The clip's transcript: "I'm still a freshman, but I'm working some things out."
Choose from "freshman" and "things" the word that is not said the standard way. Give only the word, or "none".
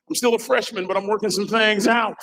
none